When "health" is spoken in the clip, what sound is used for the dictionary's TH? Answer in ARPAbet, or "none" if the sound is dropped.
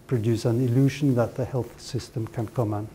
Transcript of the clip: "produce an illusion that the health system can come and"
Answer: TH